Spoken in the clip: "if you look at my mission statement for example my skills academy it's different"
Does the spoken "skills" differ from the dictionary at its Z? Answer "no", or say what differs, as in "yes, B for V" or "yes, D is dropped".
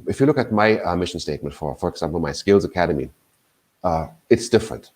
no